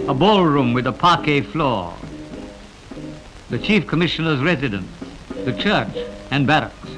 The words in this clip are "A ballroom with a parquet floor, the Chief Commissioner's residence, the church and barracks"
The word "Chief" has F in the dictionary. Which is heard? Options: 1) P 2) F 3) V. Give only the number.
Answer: 2